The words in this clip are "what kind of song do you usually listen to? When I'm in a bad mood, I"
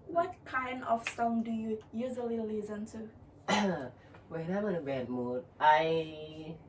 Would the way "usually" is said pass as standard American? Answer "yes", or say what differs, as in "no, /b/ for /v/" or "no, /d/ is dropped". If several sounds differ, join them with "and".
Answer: no, /z/ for /ʒ/